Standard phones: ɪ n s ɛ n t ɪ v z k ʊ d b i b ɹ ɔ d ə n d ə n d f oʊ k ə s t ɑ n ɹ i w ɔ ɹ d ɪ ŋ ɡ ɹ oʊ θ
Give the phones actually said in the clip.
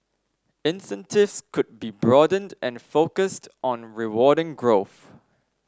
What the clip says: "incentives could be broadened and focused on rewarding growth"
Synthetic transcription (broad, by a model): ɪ n s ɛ n t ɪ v s k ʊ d b i b ɹ ɔ d ə n d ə n f oʊ k ə s t ɑ n ɹ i w ɔ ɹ d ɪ ŋ ɡ ɹ oʊ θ